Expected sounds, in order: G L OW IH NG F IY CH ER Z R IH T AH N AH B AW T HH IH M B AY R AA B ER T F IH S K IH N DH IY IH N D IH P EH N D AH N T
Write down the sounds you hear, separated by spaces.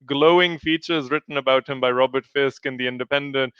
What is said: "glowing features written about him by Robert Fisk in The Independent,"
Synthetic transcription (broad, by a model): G L OW IH NG F IY CH ER Z R IH T N AH B AW T HH IH M B AY R AA B ER T F IH S K IH N DH IY IH N D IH P EH N D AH N T